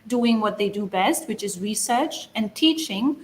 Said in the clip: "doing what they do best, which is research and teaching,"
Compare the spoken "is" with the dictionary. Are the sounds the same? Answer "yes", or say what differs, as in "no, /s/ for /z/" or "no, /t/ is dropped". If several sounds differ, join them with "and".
yes